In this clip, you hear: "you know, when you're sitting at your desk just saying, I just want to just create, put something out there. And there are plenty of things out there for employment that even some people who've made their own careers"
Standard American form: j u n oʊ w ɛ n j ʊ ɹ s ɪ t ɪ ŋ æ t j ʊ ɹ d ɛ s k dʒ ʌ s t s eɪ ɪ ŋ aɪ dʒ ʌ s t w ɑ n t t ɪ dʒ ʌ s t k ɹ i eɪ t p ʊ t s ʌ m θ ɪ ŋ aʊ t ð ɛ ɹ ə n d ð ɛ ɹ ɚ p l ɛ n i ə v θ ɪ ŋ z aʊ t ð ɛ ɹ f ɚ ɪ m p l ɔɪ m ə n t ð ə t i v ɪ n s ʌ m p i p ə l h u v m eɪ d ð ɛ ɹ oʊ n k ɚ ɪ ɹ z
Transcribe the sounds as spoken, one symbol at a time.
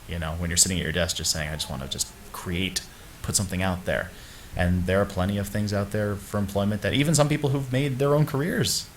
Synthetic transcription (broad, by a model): j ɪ n oʊ w n j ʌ ɹ s ɪ t ɪ ŋ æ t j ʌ ɹ d ɛ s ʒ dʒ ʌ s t s eɪ ɪ ŋ aɪ dʒ ʌ s t w ɑ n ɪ dʒ ʌ s k ɹ i eɪ t p ʊ t s ʌ m θ ɪ ŋ aʊ t ð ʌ ɹ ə n ð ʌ ɹ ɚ p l ɛ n i ə v θ ɪ ŋ z aʊ t ð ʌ ɹ f ɚ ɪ m p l ɔɪ m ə n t ð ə t i v ɪ n s ʌ m p i p l h u v m eɪ d ð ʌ ɹ oʊ n k ɚ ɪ ɹ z